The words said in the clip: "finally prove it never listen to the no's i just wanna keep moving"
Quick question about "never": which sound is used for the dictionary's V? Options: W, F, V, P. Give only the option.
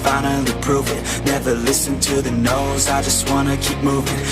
V